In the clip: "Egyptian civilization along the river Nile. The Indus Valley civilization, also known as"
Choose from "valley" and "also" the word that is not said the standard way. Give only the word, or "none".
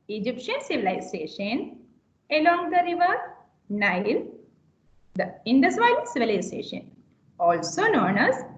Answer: valley